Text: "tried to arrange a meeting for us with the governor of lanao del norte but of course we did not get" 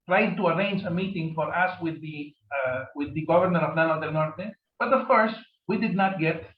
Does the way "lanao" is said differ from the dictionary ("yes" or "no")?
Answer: yes